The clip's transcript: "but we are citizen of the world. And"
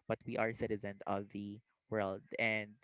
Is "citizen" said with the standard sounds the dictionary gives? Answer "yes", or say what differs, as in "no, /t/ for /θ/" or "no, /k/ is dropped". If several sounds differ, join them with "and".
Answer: yes